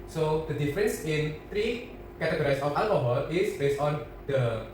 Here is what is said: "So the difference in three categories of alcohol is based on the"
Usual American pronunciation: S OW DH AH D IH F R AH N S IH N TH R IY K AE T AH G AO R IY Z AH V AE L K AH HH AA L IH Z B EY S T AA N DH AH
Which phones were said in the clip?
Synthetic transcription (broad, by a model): S OW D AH D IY F R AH N S IH N T R IY K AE T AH G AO R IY S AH F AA L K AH HH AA L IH S B EY S T AA N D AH